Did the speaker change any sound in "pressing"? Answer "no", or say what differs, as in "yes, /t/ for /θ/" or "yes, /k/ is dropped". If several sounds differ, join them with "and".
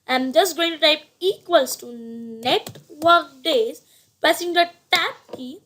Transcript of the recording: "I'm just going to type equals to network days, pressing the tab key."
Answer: yes, /ɹ/ is dropped